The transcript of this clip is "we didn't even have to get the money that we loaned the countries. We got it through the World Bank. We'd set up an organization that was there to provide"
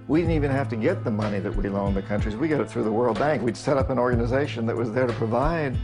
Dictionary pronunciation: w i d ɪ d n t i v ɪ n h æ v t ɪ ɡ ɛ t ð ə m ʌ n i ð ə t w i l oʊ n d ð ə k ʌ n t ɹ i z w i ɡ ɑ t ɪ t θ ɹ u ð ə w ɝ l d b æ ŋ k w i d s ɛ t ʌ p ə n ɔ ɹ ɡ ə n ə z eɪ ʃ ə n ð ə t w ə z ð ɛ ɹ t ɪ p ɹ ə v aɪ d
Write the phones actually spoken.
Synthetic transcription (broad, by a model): w i d ɪ d n t i v ɪ n h æ f t ɪ ɡ ɛ t ð ə m ʌ n i ð ə t w i l oʊ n ð ə k ʌ n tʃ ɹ i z w i ɡ ɑ t ɪ t θ ɹ u ð ə w ɝ l d b æ ŋ k w i d s ɛ t ʌ p ə n ɔ ɹ ɡ ə n ə z eɪ ʃ ə n ð ə t w ə z ð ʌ ɹ t ɪ p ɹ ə v aɪ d